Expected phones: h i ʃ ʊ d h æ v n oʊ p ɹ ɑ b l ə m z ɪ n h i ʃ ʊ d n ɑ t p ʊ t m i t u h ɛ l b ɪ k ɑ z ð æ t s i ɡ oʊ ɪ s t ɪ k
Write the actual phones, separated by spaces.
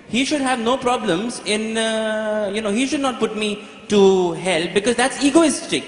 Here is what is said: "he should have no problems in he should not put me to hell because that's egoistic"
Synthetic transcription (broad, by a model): h i ʃ ʊ d h æ v n oʊ p ɹ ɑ b l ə m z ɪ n h i ʃ ʊ d n ɑ t p ʊ t m i t u h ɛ l b ɪ k ɑ z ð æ t s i ɡ oʊ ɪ s t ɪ k